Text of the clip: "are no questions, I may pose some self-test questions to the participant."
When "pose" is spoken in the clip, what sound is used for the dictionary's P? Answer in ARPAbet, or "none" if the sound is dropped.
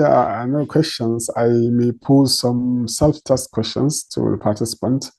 P